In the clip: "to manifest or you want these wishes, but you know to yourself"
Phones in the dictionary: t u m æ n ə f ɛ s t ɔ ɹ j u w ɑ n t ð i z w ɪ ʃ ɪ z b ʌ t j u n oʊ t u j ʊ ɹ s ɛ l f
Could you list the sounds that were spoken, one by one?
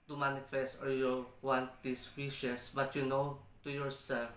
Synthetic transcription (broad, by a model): t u m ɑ n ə f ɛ s t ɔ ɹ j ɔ w ɑ n t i s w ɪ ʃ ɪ s b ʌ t j u n oʊ t u j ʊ ɹ s ɛ l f